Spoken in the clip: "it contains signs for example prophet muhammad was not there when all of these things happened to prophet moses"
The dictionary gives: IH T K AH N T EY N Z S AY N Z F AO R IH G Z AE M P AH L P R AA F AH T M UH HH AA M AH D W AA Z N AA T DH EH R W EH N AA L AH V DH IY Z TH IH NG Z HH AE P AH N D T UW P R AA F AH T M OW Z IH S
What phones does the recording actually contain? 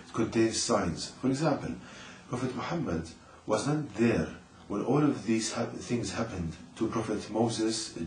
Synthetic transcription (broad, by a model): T K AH N T EY N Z S AY N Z F AO R IH G Z AE M P AH L P R AA F AH T M UH HH AA M AH D W AA Z N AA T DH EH R W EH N AA L AH V DH IY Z TH IH NG Z HH AE P AH N D T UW P R AA F AH T M OW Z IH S